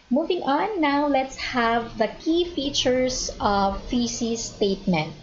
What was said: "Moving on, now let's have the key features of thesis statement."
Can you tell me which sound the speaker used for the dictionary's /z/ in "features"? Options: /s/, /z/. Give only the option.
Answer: /s/